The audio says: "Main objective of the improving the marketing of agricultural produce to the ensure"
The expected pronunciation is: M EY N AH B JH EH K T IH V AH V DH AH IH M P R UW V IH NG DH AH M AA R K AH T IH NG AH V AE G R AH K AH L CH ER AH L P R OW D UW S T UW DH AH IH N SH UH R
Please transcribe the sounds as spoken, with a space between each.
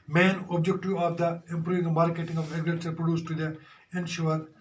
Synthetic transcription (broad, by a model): M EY N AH B JH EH K T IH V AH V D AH IH M P R UW V IH NG M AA R K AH T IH NG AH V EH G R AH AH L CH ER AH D P R OW D UW S T UW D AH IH N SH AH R